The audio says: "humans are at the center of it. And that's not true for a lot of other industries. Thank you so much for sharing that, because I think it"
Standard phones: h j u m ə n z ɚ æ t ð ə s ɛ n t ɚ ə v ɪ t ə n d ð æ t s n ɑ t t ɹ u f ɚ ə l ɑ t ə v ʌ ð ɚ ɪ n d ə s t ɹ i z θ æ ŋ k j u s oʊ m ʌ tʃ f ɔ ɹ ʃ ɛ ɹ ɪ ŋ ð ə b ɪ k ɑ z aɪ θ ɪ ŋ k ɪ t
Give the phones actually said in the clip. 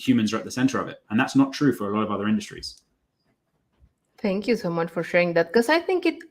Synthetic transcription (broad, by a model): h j u m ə n z ɚ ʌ t ð ə s ɛ n t ɚ ə v ɪ t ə n ð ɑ t s n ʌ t t ɹ u f ɚ ə l ɑ t ə v ʌ ð ɚ ɪ n d ə s t ɹ i z t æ ŋ k j u s oʊ m ʌ tʃ f ɔ ɹ ʃ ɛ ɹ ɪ ŋ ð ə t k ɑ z aɪ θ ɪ ŋ k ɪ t